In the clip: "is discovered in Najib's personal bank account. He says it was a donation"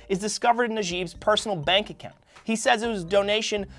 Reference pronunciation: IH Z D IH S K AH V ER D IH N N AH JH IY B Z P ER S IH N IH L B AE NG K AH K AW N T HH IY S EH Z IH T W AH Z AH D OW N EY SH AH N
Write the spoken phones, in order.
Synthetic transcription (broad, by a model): IH Z D IH S K AH V ER D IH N N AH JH IY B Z P ER S N L B AE NG K AH K AW N T HH IY S EH Z IH T W AH Z D OW N EY SH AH N